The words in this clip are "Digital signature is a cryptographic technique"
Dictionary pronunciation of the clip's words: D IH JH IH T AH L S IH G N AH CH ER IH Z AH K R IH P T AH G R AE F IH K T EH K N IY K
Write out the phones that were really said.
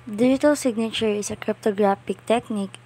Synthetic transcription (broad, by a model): D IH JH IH T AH L S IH G N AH CH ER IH S AH K R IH P T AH G R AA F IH K T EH K N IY K